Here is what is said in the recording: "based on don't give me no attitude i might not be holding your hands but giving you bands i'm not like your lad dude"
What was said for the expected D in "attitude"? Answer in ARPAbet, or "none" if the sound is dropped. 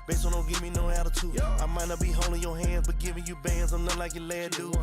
none